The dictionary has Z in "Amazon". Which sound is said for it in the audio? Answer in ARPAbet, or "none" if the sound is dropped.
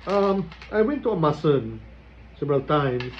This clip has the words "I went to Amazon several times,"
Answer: S